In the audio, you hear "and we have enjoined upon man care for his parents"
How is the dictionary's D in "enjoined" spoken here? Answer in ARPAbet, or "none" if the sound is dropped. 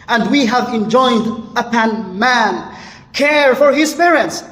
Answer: D